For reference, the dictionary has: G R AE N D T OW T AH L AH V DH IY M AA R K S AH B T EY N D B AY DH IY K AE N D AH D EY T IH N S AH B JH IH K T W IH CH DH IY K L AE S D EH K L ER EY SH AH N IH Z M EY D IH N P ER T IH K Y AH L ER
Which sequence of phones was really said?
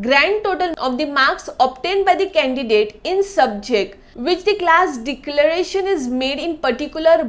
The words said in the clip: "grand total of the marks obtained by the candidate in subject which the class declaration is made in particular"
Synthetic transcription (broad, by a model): G R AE N D T OW T AH L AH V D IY M AA R K S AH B T EY N D B AY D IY K AE N D AH D EY T IH N S AH B JH IH K T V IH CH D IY K L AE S D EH K L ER EY SH AH N IH Z M EY D IH N P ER T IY K Y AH L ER